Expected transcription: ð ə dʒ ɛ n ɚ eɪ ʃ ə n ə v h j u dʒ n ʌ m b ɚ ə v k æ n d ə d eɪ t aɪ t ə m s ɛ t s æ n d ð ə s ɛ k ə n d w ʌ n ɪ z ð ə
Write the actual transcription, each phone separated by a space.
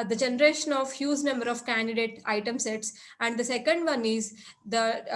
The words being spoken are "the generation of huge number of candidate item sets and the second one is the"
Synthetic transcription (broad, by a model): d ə dʒ ɛ n ɚ eɪ ʃ ə n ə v h j u z n ʌ m b ɚ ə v k æ n d ə d eɪ t aɪ t ə m s ɛ t s æ n d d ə s ɛ k ə n d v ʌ n ɪ z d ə